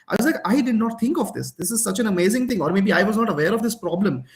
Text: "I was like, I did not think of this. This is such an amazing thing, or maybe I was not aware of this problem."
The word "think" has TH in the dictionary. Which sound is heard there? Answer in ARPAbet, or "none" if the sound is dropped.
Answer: T